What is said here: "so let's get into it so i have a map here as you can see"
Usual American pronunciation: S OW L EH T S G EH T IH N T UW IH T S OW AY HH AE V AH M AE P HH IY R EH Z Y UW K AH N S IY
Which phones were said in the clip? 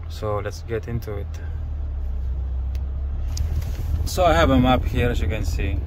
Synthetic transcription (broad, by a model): S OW L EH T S G EH T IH N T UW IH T S OW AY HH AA B AH M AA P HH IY R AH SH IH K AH N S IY